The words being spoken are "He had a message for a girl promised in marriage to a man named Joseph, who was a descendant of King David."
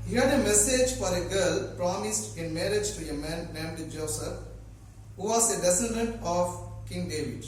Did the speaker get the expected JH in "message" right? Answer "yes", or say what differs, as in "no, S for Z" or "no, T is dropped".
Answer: yes